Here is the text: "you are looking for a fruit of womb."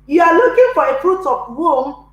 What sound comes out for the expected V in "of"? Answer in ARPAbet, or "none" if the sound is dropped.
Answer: P